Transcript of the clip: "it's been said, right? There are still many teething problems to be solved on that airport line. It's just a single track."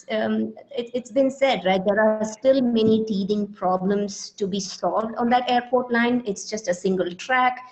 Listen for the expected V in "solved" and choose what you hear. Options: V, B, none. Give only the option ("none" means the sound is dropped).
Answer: V